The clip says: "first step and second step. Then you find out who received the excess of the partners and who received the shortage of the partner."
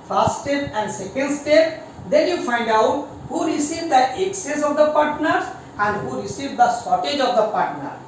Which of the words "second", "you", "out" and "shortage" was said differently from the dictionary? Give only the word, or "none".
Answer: shortage